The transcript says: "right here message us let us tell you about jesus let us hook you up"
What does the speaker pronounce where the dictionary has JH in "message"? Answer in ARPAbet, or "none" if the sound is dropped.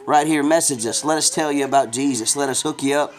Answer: JH